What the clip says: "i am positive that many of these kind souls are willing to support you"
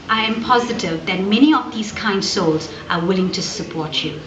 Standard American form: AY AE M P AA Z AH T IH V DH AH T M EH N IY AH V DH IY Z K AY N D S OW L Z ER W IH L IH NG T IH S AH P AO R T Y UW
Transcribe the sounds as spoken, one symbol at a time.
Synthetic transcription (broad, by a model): AY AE M P AA Z AH T IH V DH AH T M EH N IY AH V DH IY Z K AY N D S OW L Z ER W IH L IH NG T IH S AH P AO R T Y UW